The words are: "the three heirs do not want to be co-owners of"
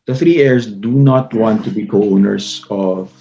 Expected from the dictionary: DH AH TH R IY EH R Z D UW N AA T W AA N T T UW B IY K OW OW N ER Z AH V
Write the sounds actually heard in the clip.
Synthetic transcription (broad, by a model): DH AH TH R IY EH R S D UW N AA T W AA N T T UW B IY K OW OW N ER S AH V